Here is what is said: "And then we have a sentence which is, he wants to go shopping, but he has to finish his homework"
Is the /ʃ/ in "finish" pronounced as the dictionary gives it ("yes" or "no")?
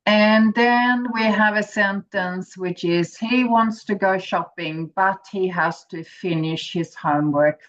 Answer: yes